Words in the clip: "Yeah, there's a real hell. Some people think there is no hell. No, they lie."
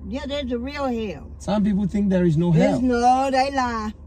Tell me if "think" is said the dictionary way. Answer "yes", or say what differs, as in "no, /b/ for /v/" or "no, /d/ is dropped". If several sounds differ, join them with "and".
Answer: yes